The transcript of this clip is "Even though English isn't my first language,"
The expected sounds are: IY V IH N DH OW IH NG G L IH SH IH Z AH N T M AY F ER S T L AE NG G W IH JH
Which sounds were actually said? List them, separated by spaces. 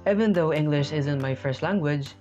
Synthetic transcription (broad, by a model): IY V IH N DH OW IH NG G L IH SH IH Z AH N T M AY F ER S T L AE NG G W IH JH